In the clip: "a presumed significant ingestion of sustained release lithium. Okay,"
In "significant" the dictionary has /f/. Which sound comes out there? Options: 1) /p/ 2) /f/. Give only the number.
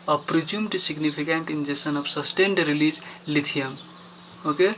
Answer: 1